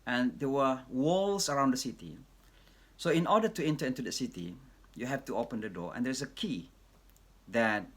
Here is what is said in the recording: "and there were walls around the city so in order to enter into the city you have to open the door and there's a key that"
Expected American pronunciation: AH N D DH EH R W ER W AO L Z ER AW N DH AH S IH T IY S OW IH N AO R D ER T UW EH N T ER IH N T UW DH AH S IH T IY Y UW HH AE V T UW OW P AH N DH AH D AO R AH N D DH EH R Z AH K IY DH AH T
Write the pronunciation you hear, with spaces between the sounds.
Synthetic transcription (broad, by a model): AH N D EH W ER W AO L S ER AW N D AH S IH T IY S OW IH N AO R D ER T UW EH N T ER IH N T UW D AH S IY T IY Y UW HH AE F T UW OW P AH N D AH D AO AH N D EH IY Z AH K IY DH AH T